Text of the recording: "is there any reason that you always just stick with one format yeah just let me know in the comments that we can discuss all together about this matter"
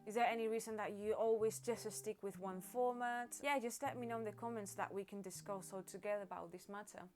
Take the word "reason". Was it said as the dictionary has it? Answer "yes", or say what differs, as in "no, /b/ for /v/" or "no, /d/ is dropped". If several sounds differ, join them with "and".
yes